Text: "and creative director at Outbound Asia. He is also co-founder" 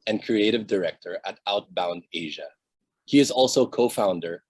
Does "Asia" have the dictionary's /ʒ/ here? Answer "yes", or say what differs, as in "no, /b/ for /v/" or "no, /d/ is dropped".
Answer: yes